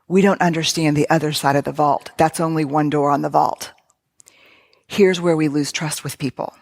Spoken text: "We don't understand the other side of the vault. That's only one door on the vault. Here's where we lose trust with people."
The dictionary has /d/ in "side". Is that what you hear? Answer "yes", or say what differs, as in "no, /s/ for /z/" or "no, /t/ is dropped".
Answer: yes